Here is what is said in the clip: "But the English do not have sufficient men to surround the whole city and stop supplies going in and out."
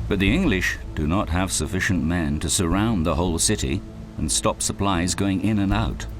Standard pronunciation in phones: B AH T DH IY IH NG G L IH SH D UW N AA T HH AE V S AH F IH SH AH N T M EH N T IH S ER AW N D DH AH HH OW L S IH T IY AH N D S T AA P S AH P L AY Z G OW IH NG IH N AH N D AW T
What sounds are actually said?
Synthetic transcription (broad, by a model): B AH T DH IY IH NG G L IH SH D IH N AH T HH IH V S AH F IH SH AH N M EH N T IH S ER AW N DH AH HH OW L S IH T IY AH N S T AA P S AH P L AY Z G OW IH NG IH N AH N AW T